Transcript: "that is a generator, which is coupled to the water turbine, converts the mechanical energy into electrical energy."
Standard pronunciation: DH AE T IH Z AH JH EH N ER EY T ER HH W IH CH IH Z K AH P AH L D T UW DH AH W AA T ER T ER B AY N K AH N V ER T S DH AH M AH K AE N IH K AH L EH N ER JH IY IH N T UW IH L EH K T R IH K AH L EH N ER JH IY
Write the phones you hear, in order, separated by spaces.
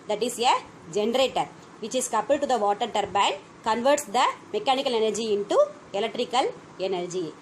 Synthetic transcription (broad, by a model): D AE T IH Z AH JH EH N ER EY T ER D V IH CH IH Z K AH P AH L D T UW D AH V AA T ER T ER B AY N K AH N V ER T S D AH M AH K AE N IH K AH L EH N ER JH IY IH N T UW IH L EH K T R IH K AH L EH N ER JH IY